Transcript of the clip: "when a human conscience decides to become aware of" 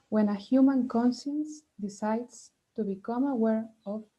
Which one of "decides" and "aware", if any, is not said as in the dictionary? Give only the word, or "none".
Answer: decides